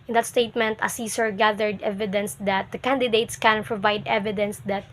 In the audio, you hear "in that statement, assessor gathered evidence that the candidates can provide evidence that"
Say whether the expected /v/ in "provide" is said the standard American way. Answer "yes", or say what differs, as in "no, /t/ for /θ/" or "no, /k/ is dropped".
yes